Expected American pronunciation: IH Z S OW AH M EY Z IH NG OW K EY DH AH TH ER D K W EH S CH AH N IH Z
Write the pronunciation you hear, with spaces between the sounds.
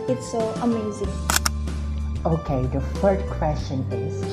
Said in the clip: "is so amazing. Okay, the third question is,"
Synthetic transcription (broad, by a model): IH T S OW AH M EY Z IH NG OW K EY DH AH F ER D K W EH S CH AH N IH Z